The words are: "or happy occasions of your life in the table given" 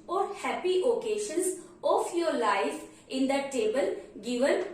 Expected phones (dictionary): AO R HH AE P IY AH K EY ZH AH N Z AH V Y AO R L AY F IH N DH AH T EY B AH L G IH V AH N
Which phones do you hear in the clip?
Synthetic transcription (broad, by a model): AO R HH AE P IY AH K EY SH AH N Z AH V Y AO R L AY F IH N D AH T EY B AH L G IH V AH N